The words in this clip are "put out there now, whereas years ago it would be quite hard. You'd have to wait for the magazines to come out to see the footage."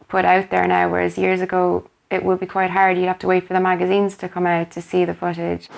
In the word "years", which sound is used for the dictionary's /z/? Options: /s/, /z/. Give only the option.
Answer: /z/